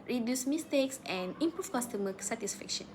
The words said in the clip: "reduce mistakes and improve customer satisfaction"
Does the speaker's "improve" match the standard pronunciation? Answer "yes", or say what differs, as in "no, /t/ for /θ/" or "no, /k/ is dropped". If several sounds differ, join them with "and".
no, /f/ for /v/